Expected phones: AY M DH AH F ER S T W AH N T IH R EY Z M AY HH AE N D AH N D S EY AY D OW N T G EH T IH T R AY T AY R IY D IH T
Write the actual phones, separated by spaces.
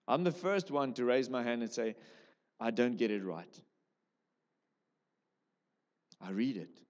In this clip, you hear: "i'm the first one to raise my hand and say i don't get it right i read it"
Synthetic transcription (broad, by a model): AY M DH AH F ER S T W AH N T IH R EY Z M AY HH AE N D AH N S EY AY D OW N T G EH T IH T R AY T AY R IY D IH T